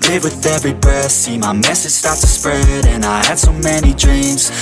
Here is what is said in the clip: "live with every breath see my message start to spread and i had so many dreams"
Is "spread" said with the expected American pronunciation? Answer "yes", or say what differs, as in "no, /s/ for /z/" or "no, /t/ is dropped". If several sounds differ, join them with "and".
yes